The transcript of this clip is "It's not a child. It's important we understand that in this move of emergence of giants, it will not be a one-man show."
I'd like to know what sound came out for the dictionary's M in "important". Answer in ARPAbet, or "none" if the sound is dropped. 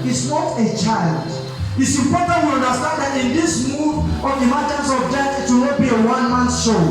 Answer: none